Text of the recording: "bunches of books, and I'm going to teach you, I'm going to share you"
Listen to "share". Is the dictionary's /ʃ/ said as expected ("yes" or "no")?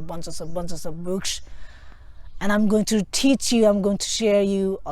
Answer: yes